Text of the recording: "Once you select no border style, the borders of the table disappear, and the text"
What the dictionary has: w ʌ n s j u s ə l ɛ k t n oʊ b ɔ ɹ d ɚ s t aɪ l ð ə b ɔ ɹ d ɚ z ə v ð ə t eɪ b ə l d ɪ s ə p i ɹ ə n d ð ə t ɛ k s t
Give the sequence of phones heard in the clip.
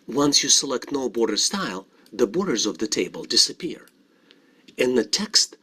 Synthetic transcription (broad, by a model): w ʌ n s j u s ə l ɛ k t n oʊ b ɔ ɹ d ɚ s t aɪ l ð ə b ɔ ɹ d ɚ z ə v ð ə t eɪ b ə l d ɪ s ə p i ɹ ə n ð ə t ɛ k s t